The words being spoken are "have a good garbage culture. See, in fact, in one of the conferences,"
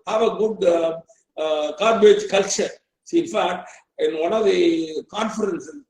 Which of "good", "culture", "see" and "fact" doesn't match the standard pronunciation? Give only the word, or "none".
fact